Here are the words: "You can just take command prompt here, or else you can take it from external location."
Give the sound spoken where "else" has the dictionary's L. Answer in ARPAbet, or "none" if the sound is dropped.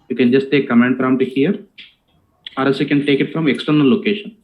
none